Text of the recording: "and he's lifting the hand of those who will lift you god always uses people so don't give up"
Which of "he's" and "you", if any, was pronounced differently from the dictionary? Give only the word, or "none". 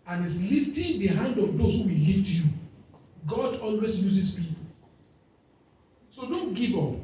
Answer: he's